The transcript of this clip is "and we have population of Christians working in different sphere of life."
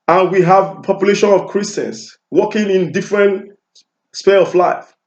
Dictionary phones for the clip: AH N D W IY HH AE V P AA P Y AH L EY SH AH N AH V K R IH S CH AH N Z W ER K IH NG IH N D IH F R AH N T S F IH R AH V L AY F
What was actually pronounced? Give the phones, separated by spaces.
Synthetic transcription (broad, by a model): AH N W IY HH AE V P AA P Y AH L EY SH AH N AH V K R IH S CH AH N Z W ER K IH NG IH N D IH F R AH N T S P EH L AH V L AY F